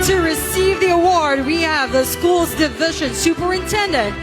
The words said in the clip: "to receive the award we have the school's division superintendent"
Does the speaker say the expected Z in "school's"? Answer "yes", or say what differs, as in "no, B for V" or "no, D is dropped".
yes